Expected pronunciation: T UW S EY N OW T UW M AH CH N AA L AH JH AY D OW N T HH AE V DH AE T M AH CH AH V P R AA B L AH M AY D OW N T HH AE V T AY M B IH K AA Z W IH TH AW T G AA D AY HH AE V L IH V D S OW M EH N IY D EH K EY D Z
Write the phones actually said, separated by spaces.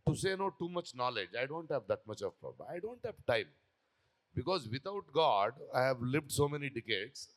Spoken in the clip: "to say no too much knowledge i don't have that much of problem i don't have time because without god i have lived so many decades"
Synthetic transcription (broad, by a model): T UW S EY N OW T UW M AH CH N AA L AH JH AY D OW N T HH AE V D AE T M AH CH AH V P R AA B AH IH D OW N T HH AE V T AY M B IH K AA Z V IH T AW T G AA D AY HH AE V L IH V D S OW M EH N IY D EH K EY D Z